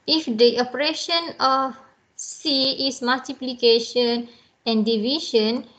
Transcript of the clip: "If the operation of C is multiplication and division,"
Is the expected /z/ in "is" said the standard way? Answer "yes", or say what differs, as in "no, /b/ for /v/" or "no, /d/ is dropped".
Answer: no, /s/ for /z/